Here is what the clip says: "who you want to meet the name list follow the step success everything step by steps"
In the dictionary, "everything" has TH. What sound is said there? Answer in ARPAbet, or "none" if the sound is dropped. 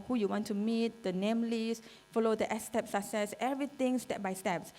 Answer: T